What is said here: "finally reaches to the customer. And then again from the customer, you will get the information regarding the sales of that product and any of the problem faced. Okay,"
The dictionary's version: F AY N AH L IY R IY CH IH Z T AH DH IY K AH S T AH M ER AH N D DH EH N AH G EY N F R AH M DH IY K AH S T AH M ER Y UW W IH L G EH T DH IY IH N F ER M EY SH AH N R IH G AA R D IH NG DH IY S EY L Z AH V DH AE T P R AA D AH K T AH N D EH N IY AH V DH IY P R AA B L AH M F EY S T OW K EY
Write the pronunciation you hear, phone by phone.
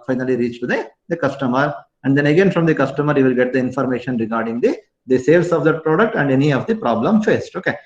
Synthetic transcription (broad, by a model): F AY N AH L IY R IY CH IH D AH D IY K AH S T AH M ER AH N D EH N AH G EY N F R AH M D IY K AH S T AH M ER Y UW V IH L G EH T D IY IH N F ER M EY SH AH N R IH G AA R D IH NG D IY S EY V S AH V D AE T P R AA D AH K T AH N D EH N IY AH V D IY P R AA B L AH M F EY S T OW K EY